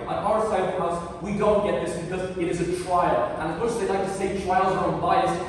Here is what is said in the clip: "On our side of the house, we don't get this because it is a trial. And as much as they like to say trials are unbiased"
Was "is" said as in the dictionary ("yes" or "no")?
yes